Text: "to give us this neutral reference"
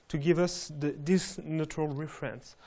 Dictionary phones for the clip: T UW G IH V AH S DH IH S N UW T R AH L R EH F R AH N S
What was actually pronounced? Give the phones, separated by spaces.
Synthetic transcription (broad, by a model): T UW G IH V AH S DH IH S N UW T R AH L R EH F R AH N S